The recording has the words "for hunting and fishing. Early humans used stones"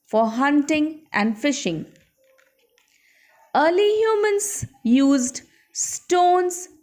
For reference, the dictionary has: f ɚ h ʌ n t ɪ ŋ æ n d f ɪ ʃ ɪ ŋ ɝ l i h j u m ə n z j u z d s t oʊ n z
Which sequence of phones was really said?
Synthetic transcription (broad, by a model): f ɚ h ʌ n t ɪ ŋ æ n d f ɪ ʃ ɪ ŋ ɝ l i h j u m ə n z j u z d s t oʊ n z